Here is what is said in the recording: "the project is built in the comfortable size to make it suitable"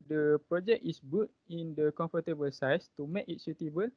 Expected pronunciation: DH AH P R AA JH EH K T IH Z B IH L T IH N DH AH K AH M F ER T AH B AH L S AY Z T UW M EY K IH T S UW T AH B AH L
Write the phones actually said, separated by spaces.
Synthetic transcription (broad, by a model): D AH P R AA JH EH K IH S B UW T IH N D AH K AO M F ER T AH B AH L S AY S T UW M EY K IH T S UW T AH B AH L